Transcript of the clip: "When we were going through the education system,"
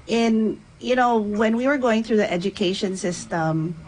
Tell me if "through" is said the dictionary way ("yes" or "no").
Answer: yes